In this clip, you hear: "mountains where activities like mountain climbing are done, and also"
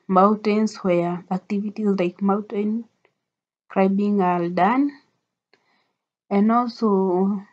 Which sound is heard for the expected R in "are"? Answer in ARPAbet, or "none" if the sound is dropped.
L